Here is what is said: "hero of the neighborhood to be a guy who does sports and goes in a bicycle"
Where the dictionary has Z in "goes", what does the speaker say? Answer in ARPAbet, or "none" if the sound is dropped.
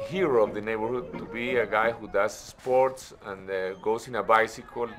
S